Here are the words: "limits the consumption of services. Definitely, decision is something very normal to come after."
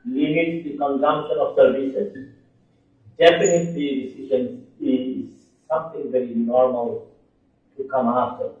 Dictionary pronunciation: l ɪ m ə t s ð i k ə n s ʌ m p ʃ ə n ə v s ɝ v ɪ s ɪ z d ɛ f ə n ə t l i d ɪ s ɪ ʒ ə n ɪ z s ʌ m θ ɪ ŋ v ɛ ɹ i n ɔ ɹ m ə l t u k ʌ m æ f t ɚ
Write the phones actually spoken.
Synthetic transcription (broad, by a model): l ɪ m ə t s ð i k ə n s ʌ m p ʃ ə n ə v s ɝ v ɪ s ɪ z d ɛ p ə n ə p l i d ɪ s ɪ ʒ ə n ɪ z s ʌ m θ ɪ ŋ v ɛ ɹ i n ɔ ɹ m ə l t u k ʌ m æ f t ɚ